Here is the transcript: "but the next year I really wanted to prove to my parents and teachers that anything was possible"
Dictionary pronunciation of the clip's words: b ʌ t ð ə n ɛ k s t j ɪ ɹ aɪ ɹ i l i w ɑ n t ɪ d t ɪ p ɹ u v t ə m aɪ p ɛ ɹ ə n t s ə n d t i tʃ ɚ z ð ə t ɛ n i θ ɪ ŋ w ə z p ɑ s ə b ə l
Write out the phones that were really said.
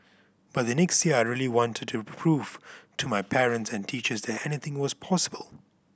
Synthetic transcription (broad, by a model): b ʌ t ð ə n ɛ k s t j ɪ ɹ aɪ ɹ i l i w ɑ n t ɪ d t ɪ p ɹ u v t ə m aɪ p ɛ ɹ ə n t s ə n t i tʃ ɚ z ð ə t ɛ n i θ ɪ ŋ w ə z p ɑ s ə b ə l